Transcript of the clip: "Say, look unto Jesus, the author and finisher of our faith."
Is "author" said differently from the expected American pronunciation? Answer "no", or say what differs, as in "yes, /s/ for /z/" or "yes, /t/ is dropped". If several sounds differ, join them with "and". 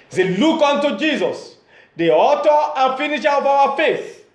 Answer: yes, /t/ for /θ/